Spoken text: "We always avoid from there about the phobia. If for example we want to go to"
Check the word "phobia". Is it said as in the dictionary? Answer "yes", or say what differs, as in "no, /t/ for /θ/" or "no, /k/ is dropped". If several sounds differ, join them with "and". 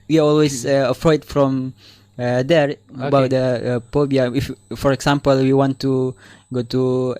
no, /p/ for /f/